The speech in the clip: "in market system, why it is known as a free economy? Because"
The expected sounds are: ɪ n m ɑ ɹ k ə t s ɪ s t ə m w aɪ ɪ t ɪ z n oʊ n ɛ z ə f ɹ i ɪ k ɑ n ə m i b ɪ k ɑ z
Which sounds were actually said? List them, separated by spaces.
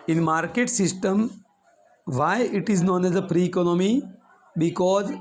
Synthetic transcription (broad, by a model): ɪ n m ɑ ɹ k ə t s ɪ s t ə m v aɪ ɪ t ɪ z n oʊ n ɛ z ə p ɹ i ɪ k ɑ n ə m i b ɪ k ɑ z